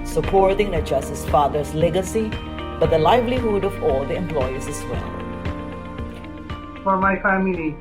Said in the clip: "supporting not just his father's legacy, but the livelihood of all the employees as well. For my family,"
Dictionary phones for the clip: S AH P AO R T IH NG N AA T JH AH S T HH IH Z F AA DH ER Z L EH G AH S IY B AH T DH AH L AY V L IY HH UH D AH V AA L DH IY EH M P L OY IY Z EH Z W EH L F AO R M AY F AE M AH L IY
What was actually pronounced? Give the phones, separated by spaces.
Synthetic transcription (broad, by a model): S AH P AO R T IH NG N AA JH AH S T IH S F AA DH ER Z L EH G AH S IY B AH T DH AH L AY V L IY HH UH D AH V AA L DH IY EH M P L OY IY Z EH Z W EH L F AO R M AY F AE M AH L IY